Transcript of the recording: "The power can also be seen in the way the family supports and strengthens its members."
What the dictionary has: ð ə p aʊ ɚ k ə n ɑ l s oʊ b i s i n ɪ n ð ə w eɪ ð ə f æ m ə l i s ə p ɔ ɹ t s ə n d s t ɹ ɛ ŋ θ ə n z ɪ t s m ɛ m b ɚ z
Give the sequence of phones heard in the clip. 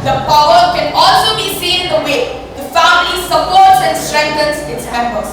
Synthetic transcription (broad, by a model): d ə p aʊ ɚ k ə n ɑ l s oʊ b i s i n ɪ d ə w eɪ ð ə f æ m ə l i s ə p ɔ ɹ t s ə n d s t ɹ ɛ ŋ t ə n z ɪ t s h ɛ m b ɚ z